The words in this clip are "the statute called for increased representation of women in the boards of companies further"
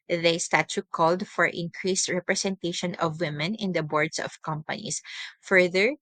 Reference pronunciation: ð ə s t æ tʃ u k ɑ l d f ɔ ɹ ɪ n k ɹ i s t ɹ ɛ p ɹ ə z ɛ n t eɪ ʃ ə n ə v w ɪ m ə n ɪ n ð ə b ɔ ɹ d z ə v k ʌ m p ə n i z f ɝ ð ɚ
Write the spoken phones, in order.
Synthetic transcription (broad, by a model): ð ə s t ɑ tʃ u k ɑ l d f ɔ ɹ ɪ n k ɹ i s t ɹ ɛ p ɹ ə s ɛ n t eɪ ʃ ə n ə v w ɪ m ə n ɪ n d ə b ɔ ɹ d s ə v k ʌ m p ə n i s f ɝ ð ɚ